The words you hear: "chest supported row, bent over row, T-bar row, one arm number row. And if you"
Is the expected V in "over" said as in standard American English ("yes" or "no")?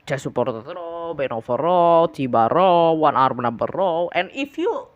no